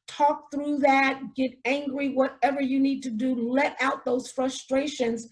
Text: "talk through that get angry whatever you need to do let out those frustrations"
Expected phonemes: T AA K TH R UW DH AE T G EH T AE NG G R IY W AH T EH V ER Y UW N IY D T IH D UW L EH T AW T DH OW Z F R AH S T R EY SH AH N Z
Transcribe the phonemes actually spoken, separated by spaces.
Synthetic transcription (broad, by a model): T AA K TH R UW DH AE T G EH T AE NG G R IY W AH T EH V ER Y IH N IY D T IH D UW L EH T AW T DH OW Z F R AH S T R EY SH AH N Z